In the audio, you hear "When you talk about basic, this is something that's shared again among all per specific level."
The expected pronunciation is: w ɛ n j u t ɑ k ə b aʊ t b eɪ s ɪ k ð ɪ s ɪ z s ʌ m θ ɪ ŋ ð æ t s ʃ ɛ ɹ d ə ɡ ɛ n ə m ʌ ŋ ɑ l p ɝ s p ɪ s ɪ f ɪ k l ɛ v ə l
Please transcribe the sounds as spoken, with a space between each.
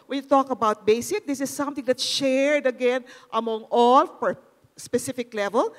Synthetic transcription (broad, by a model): w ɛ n j u t ɑ k ə b aʊ t b eɪ s ɪ k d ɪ s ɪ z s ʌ m t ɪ ŋ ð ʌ t ʃ ɛ ɹ d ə ɡ ɛ n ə m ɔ ŋ ɑ l f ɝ s p ɪ s ɪ f ɪ k l ɛ v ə l